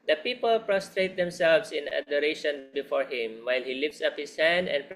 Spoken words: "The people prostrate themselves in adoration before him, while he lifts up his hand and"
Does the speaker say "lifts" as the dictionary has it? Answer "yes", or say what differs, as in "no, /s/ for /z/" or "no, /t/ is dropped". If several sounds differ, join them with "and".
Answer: yes